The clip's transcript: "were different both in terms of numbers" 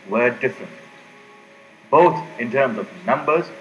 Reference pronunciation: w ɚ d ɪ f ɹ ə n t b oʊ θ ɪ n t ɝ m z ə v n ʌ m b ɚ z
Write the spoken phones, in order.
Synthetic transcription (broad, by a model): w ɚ d ɪ f ɹ ə n t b oʊ t ɪ n t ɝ m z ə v n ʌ m b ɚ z